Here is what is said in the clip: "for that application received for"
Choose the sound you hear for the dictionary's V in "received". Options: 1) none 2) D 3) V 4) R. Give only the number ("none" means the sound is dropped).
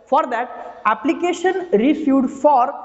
1